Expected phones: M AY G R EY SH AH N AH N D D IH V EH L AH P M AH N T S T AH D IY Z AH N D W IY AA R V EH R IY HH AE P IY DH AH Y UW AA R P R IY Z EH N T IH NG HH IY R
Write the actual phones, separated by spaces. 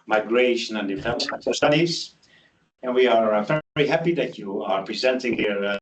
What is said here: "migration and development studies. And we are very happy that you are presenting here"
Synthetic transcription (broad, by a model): M AY G R EY SH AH N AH N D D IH F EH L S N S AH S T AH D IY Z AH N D W IY AA R V EH R IY HH AE P IY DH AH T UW AA R P R IY Z EH N T IH NG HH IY R